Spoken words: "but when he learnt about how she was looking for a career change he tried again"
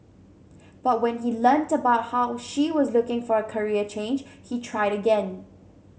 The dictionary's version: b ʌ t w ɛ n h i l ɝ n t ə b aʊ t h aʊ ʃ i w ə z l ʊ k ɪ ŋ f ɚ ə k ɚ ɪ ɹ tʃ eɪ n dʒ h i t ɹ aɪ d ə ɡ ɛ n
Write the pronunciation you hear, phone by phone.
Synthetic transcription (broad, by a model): b ʌ t w ɛ n h i l ɝ n t ə b aʊ t h aʊ ʃ i w ə z l ʊ k ɪ ŋ f ɚ ə k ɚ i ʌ tʃ eɪ n dʒ h i t ɹ aɪ d ə ɡ ɛ n